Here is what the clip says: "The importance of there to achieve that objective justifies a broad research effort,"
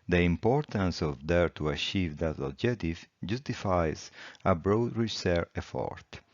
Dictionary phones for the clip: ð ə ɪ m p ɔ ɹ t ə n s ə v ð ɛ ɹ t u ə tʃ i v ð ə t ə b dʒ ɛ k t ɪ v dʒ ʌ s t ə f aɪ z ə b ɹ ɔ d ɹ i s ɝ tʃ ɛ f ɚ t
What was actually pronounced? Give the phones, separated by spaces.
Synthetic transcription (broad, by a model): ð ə ɪ m p ɔ ɹ t ə n s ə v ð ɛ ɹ t u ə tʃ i v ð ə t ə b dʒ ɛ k t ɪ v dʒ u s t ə f aɪ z ə b ɹ ɔ d ɹ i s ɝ ɛ f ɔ t